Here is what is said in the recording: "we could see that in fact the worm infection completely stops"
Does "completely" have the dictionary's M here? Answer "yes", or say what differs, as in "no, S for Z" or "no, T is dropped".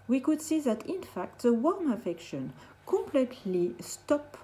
yes